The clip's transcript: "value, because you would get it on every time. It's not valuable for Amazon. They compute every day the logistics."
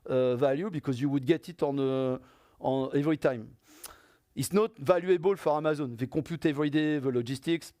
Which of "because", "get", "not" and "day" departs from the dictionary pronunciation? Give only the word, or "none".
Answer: none